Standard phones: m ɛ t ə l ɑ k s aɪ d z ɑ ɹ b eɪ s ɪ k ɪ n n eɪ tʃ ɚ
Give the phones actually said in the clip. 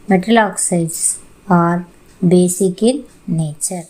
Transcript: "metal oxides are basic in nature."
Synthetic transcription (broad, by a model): m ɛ t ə l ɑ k s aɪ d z ɑ ɹ b eɪ s ɪ k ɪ l n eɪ tʃ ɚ